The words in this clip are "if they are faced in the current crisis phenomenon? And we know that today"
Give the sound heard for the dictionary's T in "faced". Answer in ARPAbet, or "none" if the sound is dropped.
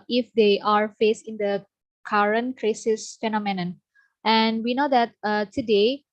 none